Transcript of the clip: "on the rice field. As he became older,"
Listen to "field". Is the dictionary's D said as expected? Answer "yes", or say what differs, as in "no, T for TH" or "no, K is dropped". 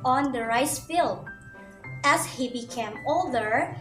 no, D is dropped